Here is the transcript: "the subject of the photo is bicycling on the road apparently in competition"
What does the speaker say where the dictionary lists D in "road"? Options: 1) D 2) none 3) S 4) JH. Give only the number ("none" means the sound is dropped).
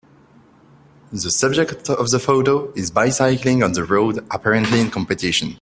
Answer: 1